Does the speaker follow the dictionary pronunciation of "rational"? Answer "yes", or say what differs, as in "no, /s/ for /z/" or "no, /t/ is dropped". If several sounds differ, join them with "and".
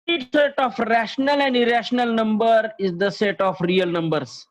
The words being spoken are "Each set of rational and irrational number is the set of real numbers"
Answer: yes